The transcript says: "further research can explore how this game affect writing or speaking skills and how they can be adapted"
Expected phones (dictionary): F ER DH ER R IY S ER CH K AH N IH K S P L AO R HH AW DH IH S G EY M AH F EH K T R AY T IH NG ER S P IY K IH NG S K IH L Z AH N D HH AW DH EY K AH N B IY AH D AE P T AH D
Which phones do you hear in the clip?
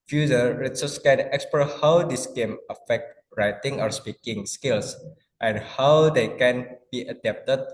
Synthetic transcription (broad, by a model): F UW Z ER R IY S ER S K AH N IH K S P AO HH AW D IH S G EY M AH F EH K T R AY T IH NG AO S P IY K IH NG S K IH L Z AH N HH AW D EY K AH N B IY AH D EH P T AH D